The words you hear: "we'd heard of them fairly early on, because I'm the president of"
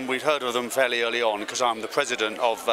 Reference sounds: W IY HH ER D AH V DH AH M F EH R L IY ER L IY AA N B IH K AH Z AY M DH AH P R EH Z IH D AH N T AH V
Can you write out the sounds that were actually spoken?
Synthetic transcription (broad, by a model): W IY HH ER D AH V DH AH M F EH L IY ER L IY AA N K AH Z AY M DH AH P R EH Z IH D AH N T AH V